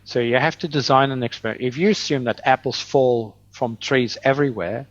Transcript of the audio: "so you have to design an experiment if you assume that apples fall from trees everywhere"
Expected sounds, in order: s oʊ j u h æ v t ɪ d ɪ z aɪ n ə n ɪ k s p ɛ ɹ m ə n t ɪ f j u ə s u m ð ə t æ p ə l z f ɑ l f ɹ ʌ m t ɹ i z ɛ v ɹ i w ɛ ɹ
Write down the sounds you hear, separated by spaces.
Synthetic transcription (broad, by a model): s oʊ j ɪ h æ f t ɪ d ɪ z aɪ n ə n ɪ k s p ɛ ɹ ə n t ɪ f j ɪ ə s u m ð ə t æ p l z f ɑ l f ɹ ʌ m t ɹ i z ɛ v ɹ i w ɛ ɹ